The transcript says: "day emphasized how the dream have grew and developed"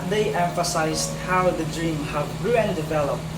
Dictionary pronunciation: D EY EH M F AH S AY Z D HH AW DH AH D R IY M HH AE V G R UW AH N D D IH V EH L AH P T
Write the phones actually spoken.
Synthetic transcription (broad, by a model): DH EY EH M F AH S AY Z D HH AW DH AH D R IY M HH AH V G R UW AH N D D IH V EH L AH P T